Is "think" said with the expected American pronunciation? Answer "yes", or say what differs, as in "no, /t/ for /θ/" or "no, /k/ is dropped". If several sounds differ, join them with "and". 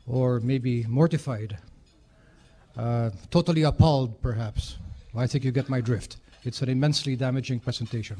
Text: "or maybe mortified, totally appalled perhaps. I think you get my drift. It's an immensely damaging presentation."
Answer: yes